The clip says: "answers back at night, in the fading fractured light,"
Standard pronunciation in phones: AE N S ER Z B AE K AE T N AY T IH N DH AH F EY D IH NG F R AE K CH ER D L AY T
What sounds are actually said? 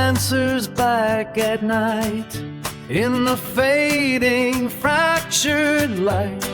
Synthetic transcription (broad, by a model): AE N S ER Z B AE K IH T N AY T IH N DH AH F EY D IH NG F R AE K CH ER D L AY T